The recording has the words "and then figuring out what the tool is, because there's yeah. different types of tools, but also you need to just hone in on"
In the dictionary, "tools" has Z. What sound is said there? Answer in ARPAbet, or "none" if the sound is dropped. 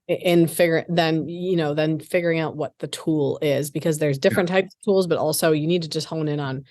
Z